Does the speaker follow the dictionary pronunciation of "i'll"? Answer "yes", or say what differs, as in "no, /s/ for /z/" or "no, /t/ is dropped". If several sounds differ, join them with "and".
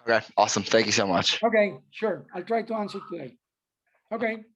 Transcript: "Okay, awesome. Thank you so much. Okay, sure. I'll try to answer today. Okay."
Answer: yes